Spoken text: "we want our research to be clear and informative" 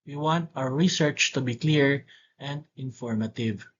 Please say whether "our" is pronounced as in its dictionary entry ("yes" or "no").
no